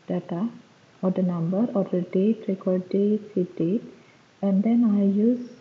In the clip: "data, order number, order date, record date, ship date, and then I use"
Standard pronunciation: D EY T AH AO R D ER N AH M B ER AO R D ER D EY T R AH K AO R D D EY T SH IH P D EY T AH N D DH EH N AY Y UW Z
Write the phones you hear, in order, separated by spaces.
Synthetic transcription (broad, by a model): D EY T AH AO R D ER N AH M B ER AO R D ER D EY T R AH K AO R D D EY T S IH D EY T AH N D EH N AY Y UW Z